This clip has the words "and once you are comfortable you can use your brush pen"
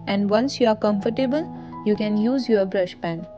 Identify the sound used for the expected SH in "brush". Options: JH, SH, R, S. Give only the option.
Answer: SH